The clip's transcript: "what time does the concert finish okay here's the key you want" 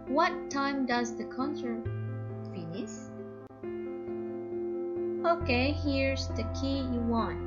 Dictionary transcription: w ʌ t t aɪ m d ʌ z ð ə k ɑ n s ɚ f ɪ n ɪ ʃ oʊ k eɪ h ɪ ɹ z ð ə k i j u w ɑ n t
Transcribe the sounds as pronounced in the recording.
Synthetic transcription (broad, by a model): w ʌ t t aɪ m d ʌ z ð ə k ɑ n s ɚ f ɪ n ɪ s oʊ k eɪ h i ɹ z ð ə k i j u w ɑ n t